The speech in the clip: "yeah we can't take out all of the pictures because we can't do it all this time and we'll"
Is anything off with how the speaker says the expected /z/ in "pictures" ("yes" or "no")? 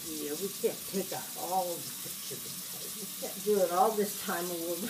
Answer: yes